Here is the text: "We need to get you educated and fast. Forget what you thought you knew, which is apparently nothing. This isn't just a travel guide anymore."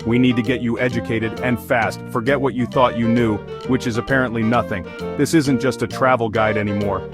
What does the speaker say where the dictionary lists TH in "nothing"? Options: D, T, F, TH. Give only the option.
TH